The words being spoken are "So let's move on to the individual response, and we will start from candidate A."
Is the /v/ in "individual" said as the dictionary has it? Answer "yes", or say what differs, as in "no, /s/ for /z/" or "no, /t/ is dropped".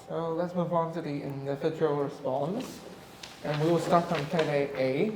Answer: no, /f/ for /v/